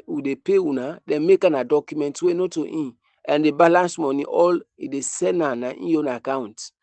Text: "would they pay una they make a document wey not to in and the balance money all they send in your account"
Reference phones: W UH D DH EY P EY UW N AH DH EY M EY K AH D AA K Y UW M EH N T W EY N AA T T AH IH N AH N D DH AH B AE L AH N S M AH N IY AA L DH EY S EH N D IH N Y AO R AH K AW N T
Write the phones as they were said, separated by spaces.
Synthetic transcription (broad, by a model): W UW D EY P EY UW N AH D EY M EY K AH D AA K Y UW M EH N T W EY N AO T T AH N AH N D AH B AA L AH N S M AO N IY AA L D EY S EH N IH N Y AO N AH K AW N T